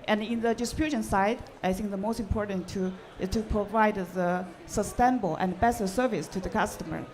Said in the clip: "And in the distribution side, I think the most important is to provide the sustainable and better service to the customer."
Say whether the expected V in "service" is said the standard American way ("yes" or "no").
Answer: yes